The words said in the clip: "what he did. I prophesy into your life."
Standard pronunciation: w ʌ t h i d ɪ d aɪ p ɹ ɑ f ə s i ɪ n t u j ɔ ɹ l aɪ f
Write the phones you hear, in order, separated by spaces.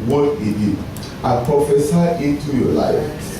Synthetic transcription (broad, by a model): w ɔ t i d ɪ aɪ p ɹ ɑ f ə s i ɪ t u j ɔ l aɪ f